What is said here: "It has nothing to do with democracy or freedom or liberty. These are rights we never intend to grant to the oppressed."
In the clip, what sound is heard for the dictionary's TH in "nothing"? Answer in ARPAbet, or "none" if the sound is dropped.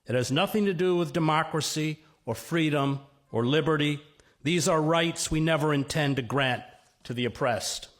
TH